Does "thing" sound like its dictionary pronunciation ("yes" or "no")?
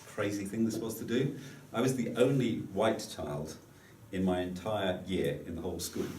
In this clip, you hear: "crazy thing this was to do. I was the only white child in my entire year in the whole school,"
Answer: yes